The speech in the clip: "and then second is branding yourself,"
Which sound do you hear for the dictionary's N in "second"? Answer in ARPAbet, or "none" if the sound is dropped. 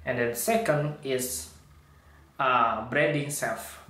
N